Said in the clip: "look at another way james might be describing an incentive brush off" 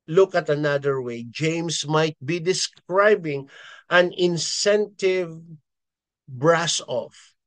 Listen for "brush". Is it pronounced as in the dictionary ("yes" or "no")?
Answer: no